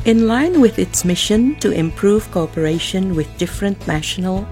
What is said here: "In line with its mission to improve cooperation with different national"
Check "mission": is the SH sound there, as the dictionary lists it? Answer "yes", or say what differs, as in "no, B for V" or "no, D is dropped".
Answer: yes